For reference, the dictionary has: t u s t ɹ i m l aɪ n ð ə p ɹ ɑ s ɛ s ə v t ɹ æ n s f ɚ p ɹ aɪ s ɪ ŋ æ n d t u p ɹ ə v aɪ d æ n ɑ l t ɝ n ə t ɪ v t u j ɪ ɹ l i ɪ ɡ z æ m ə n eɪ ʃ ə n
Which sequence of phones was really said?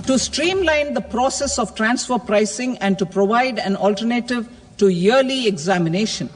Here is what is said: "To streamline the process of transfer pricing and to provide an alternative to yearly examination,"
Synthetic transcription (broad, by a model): t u s t ɹ i m l aɪ n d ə p ɹ ɑ s ɛ s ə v t ɹ æ n s f ɚ p ɹ aɪ s ɪ ŋ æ n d t u p ɹ ə v aɪ d æ n ɑ l t ɝ n ə t ɪ v t u j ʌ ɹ l i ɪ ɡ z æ m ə n eɪ ʃ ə n